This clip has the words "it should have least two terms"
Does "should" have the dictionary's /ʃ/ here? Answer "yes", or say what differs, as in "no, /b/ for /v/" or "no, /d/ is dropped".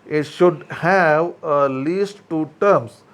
yes